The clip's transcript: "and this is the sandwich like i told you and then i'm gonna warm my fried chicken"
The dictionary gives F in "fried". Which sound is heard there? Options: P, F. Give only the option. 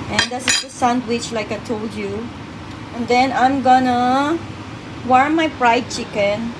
P